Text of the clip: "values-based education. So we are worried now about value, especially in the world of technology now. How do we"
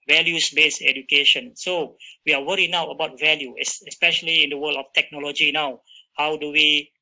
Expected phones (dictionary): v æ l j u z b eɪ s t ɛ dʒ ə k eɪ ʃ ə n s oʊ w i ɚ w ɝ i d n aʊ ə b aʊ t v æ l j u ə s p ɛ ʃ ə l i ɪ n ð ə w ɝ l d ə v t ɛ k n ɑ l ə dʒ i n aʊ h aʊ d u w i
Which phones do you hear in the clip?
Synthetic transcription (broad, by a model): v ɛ l j u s b eɪ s ɛ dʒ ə k eɪ ʃ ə n s oʊ w i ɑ w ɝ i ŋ n aʊ ə b aʊ t v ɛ l j u ə s p ɛ ʃ ə l i ɪ n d ə w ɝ l ə f t ɛ k n ɑ l ə dʒ i n aʊ h aʊ d u w i